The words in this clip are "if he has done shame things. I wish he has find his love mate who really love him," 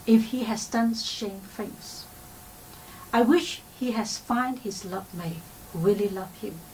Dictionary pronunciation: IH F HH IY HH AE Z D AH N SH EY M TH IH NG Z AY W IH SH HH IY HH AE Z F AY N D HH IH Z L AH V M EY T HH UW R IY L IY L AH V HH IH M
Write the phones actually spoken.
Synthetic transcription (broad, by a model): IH F HH IY HH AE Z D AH N SH EY M F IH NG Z AY W IH SH HH IY HH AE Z F AY N D HH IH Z L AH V M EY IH R IY L IY L AH V HH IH M